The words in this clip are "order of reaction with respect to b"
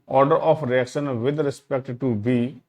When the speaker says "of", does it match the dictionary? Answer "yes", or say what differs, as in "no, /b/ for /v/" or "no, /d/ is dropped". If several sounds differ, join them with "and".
no, /p/ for /v/